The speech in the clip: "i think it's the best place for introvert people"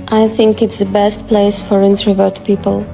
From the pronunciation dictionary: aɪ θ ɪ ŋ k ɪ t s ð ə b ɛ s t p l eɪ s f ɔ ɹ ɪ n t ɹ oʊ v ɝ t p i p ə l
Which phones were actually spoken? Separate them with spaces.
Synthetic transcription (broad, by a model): aɪ θ ɪ ŋ k ɪ t s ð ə b ɛ s t p l eɪ s f ɔ ɹ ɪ n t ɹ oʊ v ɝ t p i p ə l